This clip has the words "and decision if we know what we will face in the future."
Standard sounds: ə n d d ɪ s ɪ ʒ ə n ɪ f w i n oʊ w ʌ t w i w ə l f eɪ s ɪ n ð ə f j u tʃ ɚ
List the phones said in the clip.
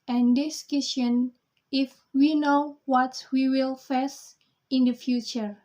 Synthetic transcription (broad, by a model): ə n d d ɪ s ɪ ʃ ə n ɪ f w i n oʊ w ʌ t w i w ə l f eɪ s ɪ n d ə f j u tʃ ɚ